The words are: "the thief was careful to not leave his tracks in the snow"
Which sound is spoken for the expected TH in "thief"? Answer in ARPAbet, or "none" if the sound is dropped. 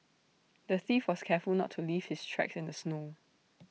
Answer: TH